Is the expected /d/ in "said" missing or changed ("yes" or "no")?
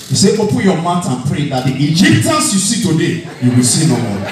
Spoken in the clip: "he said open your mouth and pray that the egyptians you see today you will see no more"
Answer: yes